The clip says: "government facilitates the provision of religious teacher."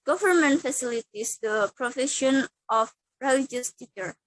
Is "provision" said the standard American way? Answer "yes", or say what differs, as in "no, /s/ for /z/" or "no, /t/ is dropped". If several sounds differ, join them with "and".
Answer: no, /f/ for /v/ and /ʃ/ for /ʒ/